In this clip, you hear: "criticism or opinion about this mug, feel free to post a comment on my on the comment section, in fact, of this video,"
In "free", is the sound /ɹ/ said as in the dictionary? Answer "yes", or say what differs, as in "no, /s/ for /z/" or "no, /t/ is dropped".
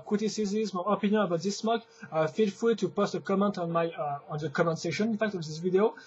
no, /ɹ/ is dropped